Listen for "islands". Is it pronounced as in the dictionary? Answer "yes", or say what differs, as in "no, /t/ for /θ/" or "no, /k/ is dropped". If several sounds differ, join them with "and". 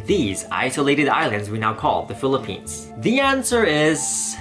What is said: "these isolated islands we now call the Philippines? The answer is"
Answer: yes